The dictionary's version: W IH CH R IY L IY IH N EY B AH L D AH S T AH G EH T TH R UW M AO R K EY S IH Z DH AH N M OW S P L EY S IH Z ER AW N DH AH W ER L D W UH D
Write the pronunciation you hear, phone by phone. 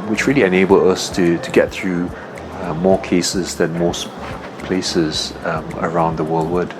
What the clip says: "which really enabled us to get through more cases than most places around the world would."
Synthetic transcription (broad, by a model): W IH CH R IY L IY IH N EY B AH L D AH S T AH G EH T TH R UW M AO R K EY S IH Z DH AH N M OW S P L EY S IH Z ER AW N DH AH W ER L D W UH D